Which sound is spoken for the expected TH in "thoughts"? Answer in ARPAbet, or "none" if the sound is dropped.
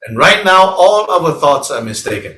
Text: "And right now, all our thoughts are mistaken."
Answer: TH